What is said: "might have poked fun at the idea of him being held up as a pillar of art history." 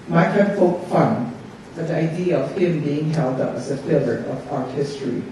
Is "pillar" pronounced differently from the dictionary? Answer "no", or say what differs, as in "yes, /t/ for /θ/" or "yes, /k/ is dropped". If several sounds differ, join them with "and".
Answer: yes, /f/ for /p/